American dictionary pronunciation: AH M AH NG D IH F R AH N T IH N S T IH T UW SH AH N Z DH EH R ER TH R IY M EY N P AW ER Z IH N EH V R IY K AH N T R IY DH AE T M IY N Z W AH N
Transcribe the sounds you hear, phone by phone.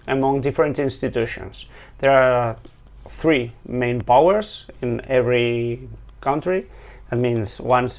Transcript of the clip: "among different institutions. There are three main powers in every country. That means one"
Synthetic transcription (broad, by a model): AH M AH NG D IH F R AH N T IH N S T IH T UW SH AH N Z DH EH R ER TH R IY M EY N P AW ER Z IH N EH V R IY K AH N T R IY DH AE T M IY N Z W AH N